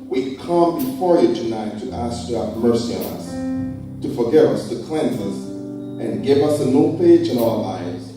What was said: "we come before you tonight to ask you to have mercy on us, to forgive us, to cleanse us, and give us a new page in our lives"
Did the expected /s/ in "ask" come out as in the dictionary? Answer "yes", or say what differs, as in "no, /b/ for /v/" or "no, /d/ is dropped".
yes